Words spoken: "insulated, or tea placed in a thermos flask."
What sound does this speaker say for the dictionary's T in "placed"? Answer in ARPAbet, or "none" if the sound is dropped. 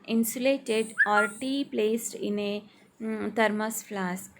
T